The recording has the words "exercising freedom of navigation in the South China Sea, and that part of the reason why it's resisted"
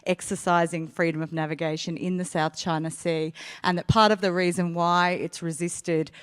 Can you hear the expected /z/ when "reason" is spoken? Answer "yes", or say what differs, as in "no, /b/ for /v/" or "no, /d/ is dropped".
yes